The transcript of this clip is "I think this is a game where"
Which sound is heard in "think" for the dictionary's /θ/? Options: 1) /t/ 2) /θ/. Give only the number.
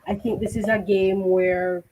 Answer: 2